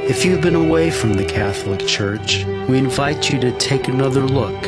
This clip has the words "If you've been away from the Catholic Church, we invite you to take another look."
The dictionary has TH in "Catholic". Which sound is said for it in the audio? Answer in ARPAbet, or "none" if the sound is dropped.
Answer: TH